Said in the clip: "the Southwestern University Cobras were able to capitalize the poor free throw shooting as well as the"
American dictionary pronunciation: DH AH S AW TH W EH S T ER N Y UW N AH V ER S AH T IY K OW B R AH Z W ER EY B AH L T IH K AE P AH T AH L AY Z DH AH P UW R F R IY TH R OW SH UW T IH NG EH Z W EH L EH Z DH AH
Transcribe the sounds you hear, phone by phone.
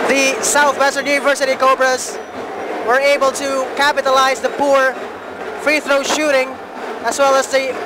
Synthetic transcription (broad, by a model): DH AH S AW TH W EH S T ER Y UW N AH V ER S AH T IY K OW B R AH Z W ER EY B AH L T IH K AE P AH T AH L AY Z DH AH P UW R F R IY TH R OW SH UW T IH NG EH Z W EH L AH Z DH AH